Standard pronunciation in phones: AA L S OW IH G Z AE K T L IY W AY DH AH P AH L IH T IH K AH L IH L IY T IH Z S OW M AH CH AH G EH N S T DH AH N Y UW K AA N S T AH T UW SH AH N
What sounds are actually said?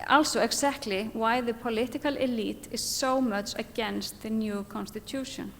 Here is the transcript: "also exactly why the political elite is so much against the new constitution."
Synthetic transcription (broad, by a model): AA L S OW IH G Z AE K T L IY W AY DH AH P AH L IH T IH K AH L IH L IY T IH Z S OW M AH CH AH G EH N S T DH AH N Y UW K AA N S T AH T UW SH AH N